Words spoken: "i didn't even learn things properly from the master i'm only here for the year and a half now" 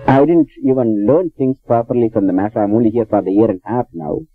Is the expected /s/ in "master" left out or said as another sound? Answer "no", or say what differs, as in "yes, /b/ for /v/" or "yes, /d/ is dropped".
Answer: yes, /s/ is dropped